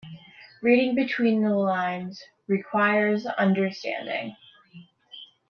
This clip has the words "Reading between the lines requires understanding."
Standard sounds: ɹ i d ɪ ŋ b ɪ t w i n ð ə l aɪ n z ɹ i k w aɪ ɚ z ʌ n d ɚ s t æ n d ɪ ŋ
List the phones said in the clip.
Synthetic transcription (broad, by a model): ɹ i d ɪ ŋ b ɪ t w i n ð ə l aɪ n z ɹ i k w aɪ ɚ z ʌ n d ɚ s t æ n d ɪ ŋ